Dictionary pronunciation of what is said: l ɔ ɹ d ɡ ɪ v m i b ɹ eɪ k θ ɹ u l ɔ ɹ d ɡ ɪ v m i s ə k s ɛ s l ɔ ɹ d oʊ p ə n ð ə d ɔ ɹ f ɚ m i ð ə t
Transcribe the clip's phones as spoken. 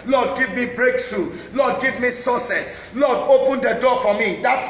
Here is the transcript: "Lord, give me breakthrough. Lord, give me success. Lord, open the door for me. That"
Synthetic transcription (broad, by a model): l ɔ d ɡ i v m i b ɹ eɪ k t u l ɔ d ɡ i v m i s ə s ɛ s l ɔ d oʊ p ə n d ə d ɔ f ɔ m i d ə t